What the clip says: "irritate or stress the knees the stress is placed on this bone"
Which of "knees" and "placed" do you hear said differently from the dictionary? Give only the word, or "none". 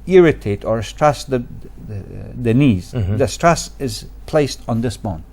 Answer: none